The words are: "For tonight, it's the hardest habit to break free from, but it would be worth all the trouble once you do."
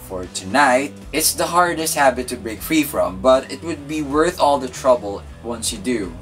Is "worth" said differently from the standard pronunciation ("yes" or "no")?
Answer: no